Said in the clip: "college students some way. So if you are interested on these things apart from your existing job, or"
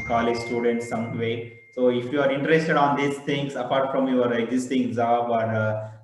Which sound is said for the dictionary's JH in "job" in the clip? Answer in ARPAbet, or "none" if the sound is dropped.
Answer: Z